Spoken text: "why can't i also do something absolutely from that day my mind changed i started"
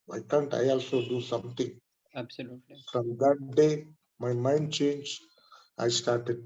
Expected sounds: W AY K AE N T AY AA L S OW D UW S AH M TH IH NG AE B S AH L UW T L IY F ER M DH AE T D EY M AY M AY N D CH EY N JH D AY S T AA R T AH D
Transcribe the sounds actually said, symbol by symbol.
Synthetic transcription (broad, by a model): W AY K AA N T AY AA L S OW D UW S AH M T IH NG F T IY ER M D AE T D EY M AY M AY N D CH EY N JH AY S T AA R T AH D